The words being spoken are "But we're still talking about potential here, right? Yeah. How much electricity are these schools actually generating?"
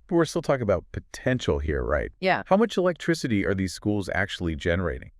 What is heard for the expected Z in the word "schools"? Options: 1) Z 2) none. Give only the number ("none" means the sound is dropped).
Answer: 1